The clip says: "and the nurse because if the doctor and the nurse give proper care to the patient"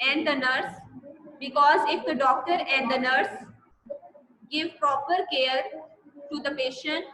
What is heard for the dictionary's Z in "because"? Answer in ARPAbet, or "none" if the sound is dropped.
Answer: Z